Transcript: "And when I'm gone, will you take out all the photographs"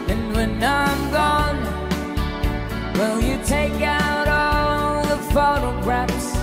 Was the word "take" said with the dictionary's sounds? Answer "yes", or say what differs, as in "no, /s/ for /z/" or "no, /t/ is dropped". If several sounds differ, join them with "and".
yes